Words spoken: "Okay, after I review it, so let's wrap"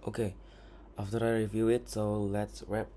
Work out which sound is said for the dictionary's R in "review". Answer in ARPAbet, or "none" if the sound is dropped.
R